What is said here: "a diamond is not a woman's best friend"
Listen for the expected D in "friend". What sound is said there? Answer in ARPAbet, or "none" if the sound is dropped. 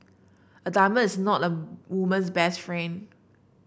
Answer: none